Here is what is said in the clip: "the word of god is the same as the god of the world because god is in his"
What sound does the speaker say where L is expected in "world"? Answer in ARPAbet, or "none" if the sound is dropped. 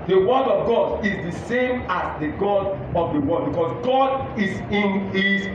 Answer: none